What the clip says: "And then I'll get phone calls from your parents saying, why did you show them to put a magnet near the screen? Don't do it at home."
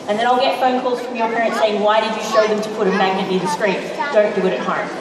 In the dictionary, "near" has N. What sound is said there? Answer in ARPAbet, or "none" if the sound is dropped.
L